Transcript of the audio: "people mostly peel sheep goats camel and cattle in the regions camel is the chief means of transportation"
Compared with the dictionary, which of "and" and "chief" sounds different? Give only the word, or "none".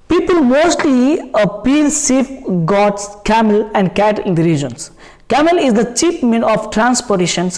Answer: chief